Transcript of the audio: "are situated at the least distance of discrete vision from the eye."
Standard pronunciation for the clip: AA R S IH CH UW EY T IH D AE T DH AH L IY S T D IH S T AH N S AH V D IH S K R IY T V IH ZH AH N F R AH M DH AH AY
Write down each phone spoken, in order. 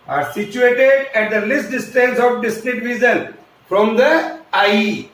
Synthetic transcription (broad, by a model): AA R S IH CH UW EY T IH D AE T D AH L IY S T D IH S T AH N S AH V D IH S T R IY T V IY Z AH N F R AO M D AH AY